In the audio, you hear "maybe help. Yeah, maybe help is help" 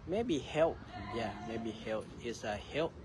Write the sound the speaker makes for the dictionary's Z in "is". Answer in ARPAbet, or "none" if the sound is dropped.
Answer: S